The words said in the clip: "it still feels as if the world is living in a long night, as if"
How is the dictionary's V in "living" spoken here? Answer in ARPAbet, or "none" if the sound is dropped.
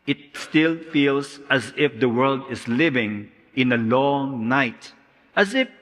V